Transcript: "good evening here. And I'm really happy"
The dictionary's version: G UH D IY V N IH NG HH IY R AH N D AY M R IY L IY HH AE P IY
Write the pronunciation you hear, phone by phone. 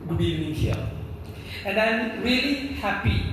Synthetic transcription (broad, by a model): G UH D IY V N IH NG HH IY L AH N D AY M R IY L IY HH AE P IY